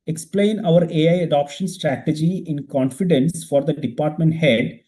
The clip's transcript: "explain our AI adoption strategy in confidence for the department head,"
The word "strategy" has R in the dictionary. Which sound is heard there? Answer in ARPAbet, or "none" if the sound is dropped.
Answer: R